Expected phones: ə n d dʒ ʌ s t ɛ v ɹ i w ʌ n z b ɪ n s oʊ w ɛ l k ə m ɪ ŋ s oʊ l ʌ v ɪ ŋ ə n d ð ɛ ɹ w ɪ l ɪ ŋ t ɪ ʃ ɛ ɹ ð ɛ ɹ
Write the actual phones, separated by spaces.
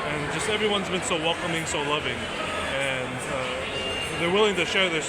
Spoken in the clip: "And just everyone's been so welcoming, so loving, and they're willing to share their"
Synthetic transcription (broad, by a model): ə n dʒ ʌ s t ɛ v ɹ i w ʌ n z b ɪ n s oʊ w ɛ l k ə m ɪ ŋ s oʊ l ʌ v ɪ ŋ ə n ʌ ð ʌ ɹ w ɪ l ɪ ŋ t ɪ ʃ ɛ ɹ ð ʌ ɹ